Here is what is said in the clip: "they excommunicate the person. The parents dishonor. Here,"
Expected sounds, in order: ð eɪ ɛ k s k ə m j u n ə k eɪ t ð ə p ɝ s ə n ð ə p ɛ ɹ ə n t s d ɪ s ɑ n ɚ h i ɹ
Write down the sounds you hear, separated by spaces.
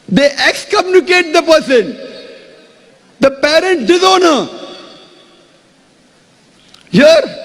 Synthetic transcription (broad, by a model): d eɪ ɛ k s k ə m j u n ə k eɪ t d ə p ɝ s ə n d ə p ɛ ɹ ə n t d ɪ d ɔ n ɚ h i ɹ